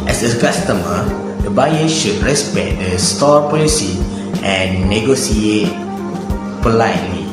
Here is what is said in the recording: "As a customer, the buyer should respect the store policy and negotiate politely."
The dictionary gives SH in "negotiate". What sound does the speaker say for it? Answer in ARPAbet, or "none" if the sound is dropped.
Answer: S